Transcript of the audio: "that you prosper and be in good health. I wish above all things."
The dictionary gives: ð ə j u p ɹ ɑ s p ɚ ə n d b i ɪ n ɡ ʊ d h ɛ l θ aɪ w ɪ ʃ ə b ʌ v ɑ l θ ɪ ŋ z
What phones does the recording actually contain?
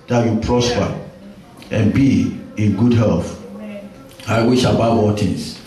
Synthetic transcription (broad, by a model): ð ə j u p ɹ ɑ s p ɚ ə n b i ɪ n ɡ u d h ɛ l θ aɪ w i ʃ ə b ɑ b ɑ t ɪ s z